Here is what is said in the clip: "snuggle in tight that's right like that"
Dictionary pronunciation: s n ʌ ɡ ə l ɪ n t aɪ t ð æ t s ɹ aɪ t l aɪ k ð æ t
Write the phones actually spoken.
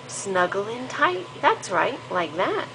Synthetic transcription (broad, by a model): s n ʌ ɡ l ɪ n t aɪ t ð æ t s ɹ aɪ t l aɪ k ð æ t